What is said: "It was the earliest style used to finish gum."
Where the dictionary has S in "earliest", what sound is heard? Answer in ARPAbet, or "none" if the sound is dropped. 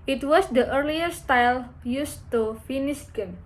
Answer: none